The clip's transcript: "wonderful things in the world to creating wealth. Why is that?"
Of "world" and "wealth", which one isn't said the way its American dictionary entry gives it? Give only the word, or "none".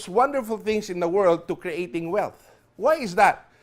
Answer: none